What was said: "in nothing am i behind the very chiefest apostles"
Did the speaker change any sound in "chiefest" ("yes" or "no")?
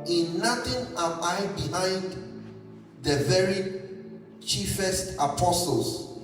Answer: no